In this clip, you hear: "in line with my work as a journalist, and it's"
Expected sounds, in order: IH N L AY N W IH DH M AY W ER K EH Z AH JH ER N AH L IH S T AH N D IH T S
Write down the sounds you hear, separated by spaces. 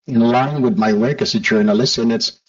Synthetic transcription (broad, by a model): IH N L AY N W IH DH M AY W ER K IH S AH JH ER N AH L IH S AH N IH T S